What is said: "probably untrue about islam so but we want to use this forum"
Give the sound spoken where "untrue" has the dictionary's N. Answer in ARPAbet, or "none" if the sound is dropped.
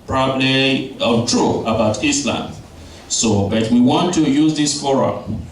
none